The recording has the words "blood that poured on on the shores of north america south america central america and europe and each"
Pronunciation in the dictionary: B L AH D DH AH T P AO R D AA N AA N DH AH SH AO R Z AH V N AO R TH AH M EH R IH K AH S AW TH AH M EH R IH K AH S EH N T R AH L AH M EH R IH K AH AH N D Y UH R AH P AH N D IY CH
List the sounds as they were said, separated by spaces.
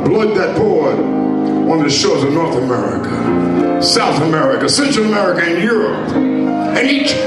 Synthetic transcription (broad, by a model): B L AH D DH AH T B AO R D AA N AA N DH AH SH AO R Z AH V N AO R TH AH M EH R IH K AH S AW TH AH M EH R IH K AH S EH N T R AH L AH M EH R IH K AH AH N Y UH R AH P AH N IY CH